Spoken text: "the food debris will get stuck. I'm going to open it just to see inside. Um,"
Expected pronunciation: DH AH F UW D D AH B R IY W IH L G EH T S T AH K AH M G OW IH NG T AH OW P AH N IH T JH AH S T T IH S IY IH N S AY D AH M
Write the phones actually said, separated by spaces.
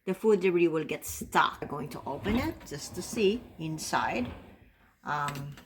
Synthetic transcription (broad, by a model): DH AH F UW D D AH R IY W IH L G EH T S T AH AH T G OW IH NG T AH OW P AH N IH T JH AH S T T IH S IY IH N S AY D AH M